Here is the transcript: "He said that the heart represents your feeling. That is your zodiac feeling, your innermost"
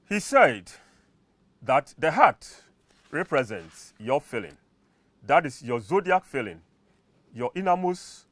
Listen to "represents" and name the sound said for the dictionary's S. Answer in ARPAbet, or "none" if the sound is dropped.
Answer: S